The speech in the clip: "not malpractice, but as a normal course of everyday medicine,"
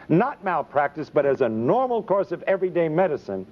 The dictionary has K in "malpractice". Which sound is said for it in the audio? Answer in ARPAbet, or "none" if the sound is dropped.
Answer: K